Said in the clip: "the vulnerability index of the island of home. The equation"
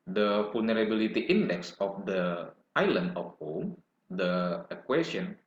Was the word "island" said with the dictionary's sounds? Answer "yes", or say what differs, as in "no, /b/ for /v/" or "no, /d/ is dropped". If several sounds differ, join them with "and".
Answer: no, /d/ is dropped